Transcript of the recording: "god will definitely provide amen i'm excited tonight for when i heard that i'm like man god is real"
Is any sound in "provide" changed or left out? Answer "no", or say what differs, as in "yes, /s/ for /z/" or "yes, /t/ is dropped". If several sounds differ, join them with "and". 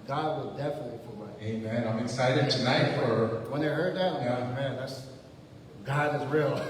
yes, /f/ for /p/ and /d/ is dropped